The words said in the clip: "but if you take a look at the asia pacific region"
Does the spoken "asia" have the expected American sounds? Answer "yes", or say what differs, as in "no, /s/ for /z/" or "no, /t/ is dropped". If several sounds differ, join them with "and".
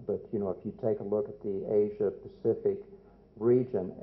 yes